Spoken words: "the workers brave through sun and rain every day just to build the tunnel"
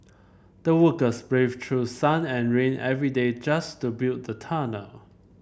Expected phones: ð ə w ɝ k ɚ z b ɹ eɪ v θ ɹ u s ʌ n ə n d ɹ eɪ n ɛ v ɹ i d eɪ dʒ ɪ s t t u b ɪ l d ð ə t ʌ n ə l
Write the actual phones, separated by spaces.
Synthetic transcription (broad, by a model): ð ə w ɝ k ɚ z b ɹ eɪ v t ɹ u s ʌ n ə n ɹ eɪ n ɛ v ɹ i d eɪ dʒ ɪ s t t u b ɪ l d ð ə t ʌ n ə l